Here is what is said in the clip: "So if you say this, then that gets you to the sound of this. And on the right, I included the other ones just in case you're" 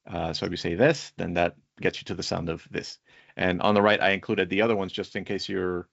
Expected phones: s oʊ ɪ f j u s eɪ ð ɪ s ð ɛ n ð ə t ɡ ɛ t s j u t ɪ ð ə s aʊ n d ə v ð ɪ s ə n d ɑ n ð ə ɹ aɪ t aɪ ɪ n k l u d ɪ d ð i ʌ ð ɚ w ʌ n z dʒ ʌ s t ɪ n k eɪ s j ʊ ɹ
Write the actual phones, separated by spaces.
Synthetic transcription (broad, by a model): s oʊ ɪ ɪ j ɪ s eɪ ð ɪ s ð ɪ n ð ə t ɡ ɛ t s j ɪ t ɪ ð ə s aʊ n d ə v ð ɪ s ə n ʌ n ð ə ɹ aɪ t aɪ ɪ n k l u d ɪ d ð i ʌ ð ɚ w ʌ n z dʒ ʌ s t ɪ n k eɪ s j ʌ ɹ